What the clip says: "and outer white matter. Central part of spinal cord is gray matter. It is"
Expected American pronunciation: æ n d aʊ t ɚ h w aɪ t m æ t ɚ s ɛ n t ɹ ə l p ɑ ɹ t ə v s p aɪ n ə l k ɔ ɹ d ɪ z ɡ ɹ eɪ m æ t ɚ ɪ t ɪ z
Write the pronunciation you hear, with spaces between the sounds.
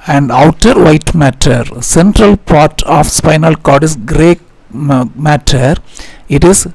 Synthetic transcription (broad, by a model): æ n d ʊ t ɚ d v aɪ t m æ t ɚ s ɛ n t ɹ ə l p ɑ ɹ t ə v s p aɪ n ə l k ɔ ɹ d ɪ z ɡ ɹ eɪ m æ t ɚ ɪ t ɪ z